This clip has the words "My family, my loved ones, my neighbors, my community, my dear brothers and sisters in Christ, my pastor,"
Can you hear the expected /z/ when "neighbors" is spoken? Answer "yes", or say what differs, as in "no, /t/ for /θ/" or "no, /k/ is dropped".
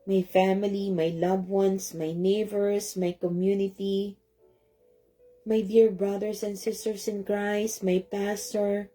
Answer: no, /s/ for /z/